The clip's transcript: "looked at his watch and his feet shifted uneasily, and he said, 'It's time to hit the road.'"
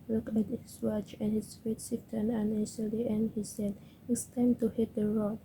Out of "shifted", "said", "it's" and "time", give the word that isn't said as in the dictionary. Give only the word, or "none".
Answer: shifted